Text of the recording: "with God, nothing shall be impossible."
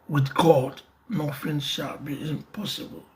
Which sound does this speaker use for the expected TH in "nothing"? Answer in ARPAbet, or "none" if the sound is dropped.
F